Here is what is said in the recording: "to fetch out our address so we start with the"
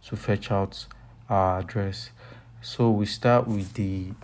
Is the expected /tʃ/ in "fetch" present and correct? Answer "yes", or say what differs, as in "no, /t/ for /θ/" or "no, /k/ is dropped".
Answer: yes